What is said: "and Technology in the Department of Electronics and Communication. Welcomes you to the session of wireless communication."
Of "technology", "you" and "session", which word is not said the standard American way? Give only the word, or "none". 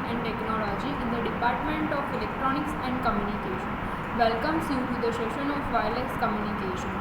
session